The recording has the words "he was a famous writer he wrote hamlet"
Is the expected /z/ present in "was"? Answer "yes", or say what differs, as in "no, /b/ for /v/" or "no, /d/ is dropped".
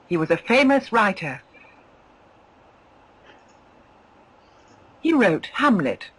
yes